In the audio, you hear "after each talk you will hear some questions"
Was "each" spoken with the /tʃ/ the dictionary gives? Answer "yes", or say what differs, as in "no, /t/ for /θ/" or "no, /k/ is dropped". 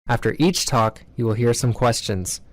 yes